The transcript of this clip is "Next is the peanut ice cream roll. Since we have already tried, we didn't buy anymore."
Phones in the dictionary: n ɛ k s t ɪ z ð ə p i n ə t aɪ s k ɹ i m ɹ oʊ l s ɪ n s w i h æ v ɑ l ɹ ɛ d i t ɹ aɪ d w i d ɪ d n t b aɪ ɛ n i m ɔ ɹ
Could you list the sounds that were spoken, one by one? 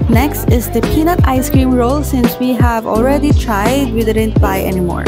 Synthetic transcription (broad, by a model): n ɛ k s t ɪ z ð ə p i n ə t aɪ s k ɹ i m ɹ oʊ l s ɪ n s w i h æ v ɑ l ɹ ɛ d i t ɹ aɪ d w i d ɪ d n t b aɪ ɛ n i m ɔ ɹ